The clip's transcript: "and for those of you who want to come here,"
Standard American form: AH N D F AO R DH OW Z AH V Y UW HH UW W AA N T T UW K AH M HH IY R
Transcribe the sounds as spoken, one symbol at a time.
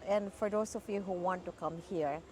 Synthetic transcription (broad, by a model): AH N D F AO R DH OW S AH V Y UW HH UW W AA N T T UW K AH M HH IY R